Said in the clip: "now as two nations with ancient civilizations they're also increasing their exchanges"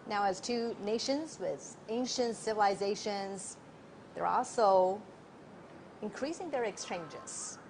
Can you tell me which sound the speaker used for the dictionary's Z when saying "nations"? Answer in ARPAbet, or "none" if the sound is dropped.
Z